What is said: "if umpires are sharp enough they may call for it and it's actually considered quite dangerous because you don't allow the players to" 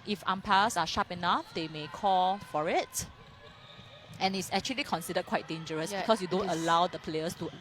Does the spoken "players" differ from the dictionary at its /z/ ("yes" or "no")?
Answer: yes